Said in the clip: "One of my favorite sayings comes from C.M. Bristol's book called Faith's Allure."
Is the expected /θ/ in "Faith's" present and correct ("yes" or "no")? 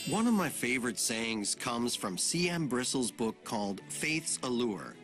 yes